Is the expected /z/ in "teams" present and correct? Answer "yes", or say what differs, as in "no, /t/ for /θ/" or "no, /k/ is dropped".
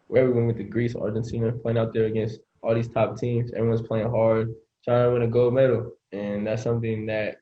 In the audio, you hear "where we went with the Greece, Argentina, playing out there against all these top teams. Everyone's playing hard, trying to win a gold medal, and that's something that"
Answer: yes